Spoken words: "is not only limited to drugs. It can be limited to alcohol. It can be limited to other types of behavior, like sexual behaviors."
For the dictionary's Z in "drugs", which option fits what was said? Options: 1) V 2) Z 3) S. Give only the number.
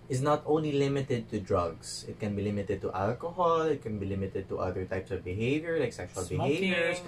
3